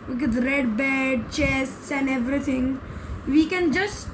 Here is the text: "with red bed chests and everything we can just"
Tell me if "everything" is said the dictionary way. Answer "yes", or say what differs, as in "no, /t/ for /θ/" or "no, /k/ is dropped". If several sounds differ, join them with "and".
no, /t/ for /θ/